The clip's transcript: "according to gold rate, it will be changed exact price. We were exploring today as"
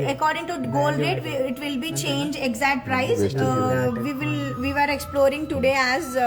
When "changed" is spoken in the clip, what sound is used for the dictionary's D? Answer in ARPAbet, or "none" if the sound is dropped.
none